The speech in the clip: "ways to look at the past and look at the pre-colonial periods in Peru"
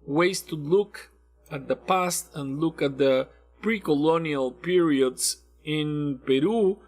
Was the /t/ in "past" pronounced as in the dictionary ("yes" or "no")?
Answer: yes